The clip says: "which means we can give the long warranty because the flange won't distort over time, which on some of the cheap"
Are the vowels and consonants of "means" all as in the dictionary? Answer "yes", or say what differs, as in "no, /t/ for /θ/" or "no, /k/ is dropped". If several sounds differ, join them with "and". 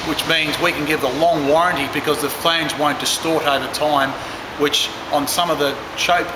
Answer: yes